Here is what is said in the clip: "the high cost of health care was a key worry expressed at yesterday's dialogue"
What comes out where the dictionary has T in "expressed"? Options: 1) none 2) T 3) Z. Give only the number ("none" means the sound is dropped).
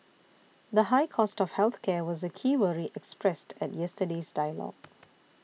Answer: 2